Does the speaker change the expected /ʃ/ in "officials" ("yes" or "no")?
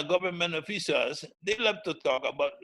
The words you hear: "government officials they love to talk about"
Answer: yes